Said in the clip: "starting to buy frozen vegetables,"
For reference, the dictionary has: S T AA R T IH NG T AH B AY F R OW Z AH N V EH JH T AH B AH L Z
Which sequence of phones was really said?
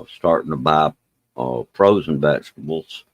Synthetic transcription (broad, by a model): S T AA R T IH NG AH B AY P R OW Z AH N V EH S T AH B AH L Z